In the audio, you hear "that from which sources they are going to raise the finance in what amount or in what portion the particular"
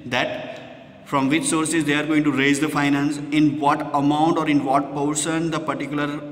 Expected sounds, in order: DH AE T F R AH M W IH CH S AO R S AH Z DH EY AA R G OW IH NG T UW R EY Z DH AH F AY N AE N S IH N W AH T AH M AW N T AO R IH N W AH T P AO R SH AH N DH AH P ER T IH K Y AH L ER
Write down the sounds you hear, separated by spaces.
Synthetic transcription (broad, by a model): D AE T F R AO M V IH CH S AO R S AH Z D EY AA R G OW IH NG T UW R EY Z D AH F AY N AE N S IH N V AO T AH M AW N T AO R IH N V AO T P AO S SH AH N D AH P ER T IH K Y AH L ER